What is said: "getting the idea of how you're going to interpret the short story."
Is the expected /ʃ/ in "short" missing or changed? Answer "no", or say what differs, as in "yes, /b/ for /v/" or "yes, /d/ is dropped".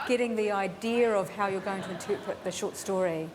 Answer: no